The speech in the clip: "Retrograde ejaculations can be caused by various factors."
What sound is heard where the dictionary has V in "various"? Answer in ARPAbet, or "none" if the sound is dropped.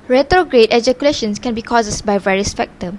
V